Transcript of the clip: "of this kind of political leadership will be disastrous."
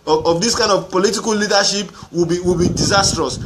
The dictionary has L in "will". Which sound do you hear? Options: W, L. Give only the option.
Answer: W